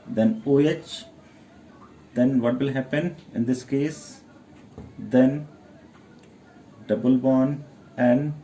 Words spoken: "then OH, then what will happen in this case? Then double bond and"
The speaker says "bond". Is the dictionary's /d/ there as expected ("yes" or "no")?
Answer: no